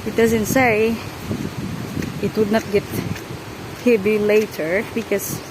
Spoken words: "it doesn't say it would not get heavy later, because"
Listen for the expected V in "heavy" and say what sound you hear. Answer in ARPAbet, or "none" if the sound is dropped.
B